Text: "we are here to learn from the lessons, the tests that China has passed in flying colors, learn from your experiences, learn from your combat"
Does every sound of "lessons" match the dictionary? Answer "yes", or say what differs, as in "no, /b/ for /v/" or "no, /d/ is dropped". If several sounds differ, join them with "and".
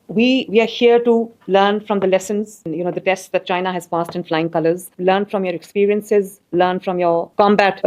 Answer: yes